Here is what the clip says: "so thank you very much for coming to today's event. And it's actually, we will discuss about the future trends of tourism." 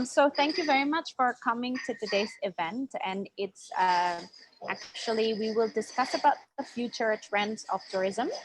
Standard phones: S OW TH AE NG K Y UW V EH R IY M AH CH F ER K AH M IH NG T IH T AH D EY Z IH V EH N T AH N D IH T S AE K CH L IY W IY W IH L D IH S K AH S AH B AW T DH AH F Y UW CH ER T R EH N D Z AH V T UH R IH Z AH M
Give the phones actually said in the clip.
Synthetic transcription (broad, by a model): S OW TH AE NG K Y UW V EH R IY M AH CH F ER K AH M IH NG T IH T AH D EY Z IH V EH N T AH N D IH T S AE K CH L IY W IY W IH L D IH S K AH S AH B AW T DH AH F Y UW CH ER T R EH N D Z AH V T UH R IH Z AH M